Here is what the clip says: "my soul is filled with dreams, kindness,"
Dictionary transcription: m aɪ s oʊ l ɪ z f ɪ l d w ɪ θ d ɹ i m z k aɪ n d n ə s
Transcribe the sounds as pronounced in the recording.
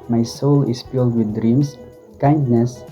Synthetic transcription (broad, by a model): m aɪ s oʊ l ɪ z f ɪ l d w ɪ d ɹ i m s k aɪ n d n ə s